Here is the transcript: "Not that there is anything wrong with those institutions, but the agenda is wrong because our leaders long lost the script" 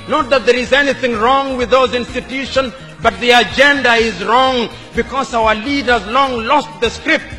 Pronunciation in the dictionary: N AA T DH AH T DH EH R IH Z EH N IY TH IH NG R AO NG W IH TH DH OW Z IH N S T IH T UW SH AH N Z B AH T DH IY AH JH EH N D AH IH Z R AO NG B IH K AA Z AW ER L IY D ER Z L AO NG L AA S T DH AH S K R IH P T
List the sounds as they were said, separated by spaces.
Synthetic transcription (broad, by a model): N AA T DH AH T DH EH R IH Z EH N IY TH IH NG R AO NG W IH DH OW Z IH N S T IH T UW SH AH N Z B AH T DH IY AH JH EH N D AH IH Z R AO NG B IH K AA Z AW ER L IY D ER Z L AO NG L AA S T DH AH S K R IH P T